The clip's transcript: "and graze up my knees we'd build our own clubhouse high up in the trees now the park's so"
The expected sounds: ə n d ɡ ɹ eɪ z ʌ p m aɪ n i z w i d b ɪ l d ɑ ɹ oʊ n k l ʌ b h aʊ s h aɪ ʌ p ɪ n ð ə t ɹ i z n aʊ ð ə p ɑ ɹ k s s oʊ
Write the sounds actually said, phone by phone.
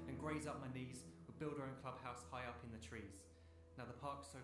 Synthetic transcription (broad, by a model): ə n ɡ ɹ eɪ z ʌ p m aɪ n i z w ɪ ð b ɪ l d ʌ ɹ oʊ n k l ʌ b h aʊ s h aɪ ʌ p ɪ n ð ə t ɹ i z n aʊ ð ə p ɑ k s s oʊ